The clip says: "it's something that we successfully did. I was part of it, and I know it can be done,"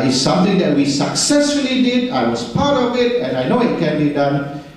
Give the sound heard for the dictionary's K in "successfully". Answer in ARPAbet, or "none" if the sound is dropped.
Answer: K